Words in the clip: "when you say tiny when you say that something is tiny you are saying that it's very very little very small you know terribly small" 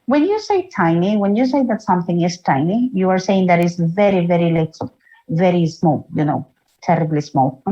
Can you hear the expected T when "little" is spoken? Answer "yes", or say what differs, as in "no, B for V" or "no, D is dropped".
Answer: no, S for T